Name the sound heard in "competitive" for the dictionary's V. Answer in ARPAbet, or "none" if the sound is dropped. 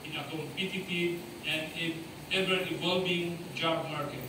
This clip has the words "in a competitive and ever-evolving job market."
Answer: none